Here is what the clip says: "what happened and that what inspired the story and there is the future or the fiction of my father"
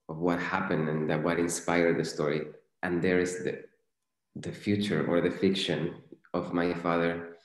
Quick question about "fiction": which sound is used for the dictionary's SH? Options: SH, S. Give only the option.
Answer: SH